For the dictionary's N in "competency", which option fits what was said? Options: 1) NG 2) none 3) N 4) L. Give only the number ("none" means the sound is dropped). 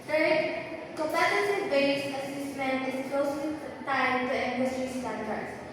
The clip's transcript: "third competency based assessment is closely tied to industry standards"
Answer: 2